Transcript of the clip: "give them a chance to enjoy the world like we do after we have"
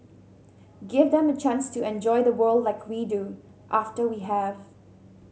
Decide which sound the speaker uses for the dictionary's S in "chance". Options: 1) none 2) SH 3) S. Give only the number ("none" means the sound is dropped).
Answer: 3